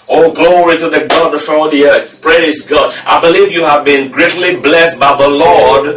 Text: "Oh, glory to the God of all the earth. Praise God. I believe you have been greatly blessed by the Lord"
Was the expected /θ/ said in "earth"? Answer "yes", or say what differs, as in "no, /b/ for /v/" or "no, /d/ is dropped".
yes